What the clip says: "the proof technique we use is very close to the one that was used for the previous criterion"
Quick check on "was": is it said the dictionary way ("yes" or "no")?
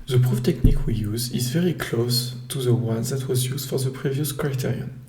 yes